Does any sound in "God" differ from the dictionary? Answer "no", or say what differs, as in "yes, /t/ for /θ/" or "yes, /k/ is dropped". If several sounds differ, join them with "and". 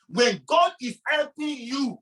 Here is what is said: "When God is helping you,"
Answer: no